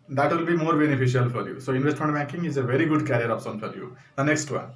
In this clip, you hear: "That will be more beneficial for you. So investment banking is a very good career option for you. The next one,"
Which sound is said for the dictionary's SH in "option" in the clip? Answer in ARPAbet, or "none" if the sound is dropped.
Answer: S